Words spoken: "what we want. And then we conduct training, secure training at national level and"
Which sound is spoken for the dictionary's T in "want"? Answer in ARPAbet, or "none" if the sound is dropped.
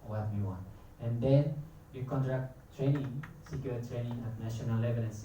none